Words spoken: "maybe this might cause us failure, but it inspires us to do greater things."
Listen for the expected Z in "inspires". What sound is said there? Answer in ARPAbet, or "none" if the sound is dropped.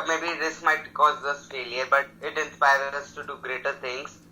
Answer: none